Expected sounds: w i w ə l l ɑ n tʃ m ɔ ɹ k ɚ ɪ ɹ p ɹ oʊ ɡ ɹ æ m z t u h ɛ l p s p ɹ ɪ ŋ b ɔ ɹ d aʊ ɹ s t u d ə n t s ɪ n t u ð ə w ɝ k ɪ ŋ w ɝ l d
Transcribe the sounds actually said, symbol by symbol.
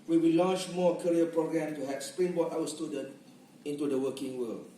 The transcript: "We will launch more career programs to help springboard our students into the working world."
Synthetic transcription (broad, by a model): w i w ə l l ɑ n tʃ m ɔ k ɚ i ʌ p ɹ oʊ ɡ ɹ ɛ m t u h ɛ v s p ɹ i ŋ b ɔ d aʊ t s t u d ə n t ɪ n t u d ə w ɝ k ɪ ŋ w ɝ l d